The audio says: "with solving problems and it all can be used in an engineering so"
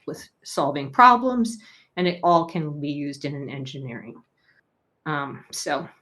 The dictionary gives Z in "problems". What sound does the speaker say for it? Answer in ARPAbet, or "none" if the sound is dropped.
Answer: Z